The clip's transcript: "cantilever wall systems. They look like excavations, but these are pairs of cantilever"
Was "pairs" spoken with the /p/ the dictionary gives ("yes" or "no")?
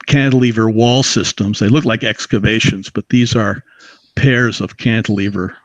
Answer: yes